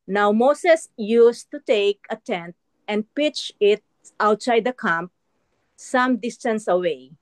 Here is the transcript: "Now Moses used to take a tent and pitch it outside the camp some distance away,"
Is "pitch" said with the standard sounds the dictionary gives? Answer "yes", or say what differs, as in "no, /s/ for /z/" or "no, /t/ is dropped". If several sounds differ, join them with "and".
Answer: yes